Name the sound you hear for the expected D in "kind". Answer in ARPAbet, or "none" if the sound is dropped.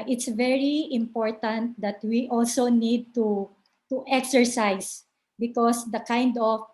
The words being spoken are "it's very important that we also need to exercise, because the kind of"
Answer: D